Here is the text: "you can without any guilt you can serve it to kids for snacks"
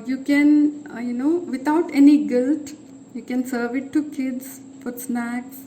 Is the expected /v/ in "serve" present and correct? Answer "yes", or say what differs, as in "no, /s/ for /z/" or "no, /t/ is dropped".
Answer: yes